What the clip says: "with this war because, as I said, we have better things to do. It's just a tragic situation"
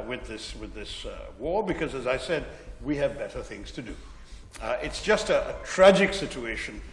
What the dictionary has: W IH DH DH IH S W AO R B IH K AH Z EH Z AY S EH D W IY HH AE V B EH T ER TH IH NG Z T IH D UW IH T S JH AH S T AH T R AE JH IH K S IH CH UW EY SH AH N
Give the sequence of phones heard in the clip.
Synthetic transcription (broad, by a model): W IH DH DH IH S W AO R B IH K AH Z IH Z AY S EH D W IY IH V B EH T ER TH IH NG Z T IH D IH IH T S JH AH S T AH T R AE JH IH K S IH CH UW EY SH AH N